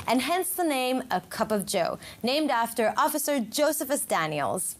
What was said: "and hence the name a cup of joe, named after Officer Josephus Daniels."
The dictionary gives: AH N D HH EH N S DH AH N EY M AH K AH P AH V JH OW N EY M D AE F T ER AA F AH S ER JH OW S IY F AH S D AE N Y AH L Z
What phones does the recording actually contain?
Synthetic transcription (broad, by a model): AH N HH EH N S DH AH N EY M AH K AH P AH V JH OW N EY M D AE F T ER AA F AH S ER JH OW S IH F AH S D AE N Y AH L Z